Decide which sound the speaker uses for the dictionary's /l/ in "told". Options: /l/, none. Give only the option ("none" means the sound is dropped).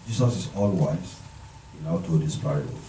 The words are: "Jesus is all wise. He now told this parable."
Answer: none